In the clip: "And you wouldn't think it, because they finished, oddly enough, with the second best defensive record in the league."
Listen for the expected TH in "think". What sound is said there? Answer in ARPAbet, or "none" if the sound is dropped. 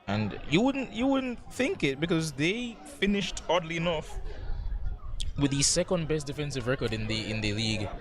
TH